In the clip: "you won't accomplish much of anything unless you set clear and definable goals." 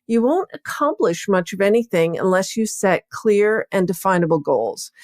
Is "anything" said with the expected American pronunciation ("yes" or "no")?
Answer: yes